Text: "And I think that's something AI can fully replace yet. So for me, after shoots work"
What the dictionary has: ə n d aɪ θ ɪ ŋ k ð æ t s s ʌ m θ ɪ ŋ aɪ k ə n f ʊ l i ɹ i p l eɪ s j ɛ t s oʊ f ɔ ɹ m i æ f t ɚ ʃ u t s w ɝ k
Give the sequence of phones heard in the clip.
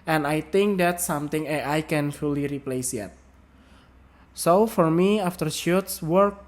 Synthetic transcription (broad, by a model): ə n aɪ t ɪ ŋ k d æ t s s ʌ m t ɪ ŋ aɪ k ə n f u l i ɹ i p l eɪ s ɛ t s oʊ f ɔ ɹ m i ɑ f t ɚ ʃ u t s w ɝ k